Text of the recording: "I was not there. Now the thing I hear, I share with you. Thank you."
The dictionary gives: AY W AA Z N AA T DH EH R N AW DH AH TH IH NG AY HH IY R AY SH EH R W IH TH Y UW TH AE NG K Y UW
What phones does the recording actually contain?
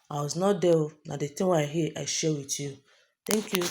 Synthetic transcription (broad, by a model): AY W AA Z N AA T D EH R N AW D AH T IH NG AY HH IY AY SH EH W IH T Y UW T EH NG K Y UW